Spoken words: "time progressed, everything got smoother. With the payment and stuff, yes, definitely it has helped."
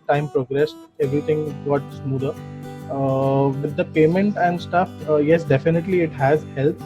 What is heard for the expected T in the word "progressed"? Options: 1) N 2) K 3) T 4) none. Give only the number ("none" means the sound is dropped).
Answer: 3